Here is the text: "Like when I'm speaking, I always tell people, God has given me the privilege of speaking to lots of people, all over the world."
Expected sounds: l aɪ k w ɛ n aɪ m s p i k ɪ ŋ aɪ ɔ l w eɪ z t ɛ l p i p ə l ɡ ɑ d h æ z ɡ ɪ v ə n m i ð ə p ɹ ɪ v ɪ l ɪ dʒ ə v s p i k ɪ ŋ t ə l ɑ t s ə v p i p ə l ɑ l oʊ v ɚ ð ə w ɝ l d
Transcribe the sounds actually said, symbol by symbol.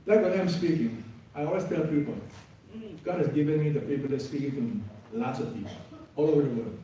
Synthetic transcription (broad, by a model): l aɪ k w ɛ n aɪ m s p i k ɪ ŋ aɪ ɔ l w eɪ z t ɛ l p i p ə l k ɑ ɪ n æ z ɡ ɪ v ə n m i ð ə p i p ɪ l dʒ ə s p i k ɪ ŋ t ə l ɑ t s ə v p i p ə ɑ l oʊ v ɚ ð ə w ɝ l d